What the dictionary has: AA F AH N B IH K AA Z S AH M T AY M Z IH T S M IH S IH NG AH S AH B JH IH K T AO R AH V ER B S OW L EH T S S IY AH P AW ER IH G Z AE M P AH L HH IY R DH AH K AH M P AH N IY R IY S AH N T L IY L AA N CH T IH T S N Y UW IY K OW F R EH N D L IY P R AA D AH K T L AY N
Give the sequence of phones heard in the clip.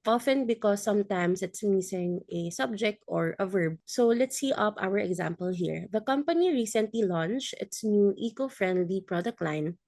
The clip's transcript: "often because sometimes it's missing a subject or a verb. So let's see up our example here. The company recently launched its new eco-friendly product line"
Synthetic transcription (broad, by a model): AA F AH N B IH K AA S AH M T AY M S IH T S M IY S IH NG AH S AH B JH IH K T AO R AH V ER B S OW L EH T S S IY AH P AW ER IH G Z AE M P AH L HH IY R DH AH K AH M P AH N IY R IY S AH N T L IY L AA N CH T IH T S N Y UW IY K OW F R EH N D L IY P R AA D AH K T L AY N